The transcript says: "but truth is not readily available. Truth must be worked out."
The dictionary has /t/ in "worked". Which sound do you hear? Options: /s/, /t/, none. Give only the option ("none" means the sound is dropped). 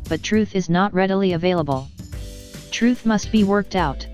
/t/